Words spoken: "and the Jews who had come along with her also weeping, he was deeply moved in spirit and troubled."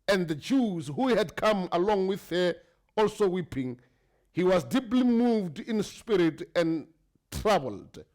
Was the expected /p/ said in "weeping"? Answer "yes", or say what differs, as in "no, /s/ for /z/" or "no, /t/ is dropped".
yes